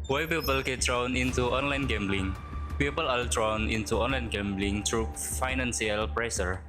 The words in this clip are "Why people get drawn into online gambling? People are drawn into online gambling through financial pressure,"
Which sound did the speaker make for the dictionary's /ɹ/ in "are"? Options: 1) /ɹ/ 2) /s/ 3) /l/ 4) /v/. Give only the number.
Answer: 3